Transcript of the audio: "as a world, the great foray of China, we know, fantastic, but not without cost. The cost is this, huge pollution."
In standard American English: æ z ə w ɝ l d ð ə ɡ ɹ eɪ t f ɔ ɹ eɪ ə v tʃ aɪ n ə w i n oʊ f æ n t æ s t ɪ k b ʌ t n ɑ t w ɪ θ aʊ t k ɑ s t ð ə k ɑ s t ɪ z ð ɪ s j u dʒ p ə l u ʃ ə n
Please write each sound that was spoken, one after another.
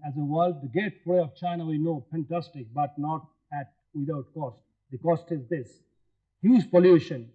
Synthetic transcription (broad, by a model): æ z ə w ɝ l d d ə ɡ eɪ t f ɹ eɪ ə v tʃ aɪ n ə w i n oʊ f æ n t æ s t ɪ k b ʌ t n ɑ t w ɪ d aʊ t k ɑ s t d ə k ɑ s t ɪ z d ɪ s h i z p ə l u ʃ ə n